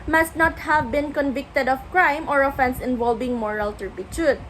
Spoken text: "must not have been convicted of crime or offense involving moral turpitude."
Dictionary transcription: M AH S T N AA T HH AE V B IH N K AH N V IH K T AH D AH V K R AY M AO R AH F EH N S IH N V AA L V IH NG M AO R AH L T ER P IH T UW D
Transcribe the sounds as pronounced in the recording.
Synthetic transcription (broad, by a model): M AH S T N AA T HH AE V B IH N K AH N V IH K T AH D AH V K R AY M AO R AH F EH N S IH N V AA L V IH NG M AO R AH L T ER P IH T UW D